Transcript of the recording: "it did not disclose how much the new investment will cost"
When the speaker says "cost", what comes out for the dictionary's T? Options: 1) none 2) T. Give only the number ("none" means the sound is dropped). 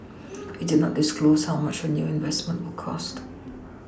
2